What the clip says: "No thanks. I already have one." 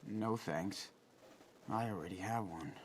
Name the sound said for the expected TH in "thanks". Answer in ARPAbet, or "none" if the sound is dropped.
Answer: TH